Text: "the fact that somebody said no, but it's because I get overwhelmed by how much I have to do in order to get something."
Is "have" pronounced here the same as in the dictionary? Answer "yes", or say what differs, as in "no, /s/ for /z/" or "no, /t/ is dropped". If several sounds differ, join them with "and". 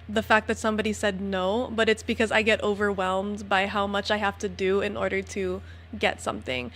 no, /f/ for /v/